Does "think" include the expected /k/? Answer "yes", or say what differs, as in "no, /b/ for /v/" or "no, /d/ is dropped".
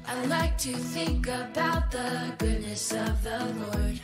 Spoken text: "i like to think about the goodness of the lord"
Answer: yes